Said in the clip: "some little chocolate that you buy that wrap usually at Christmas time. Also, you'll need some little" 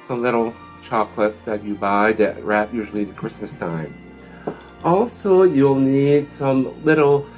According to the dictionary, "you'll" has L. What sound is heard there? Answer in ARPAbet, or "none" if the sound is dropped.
L